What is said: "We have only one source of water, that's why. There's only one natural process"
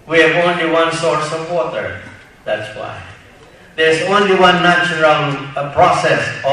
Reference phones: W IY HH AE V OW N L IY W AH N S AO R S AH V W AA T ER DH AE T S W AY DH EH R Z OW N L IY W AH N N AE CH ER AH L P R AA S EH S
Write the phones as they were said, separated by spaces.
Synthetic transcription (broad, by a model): W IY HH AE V OW N L IY W AH N S AO R S AH V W AA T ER DH AE T S W AY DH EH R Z OW N L IY W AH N N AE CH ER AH N P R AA S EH S